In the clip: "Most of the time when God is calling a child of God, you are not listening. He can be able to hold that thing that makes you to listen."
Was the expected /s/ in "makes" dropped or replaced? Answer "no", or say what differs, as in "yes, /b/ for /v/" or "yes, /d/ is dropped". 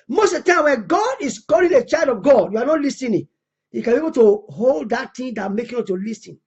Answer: yes, /s/ is dropped